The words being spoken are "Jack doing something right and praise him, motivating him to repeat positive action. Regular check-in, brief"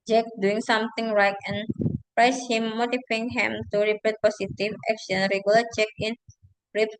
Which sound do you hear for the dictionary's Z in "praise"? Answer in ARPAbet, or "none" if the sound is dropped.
S